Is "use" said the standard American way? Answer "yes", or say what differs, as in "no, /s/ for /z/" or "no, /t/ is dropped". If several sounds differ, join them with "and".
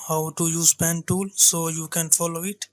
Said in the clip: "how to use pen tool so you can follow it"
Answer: yes